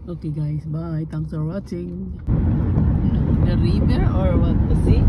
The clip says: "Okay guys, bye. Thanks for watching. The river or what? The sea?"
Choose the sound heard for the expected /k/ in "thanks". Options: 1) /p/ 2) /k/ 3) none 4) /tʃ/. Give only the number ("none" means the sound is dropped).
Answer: 3